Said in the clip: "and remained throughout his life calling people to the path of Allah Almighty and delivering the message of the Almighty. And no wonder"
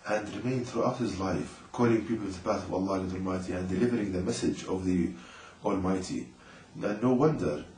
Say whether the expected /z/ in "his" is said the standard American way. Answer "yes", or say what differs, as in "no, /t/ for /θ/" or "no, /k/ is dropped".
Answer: yes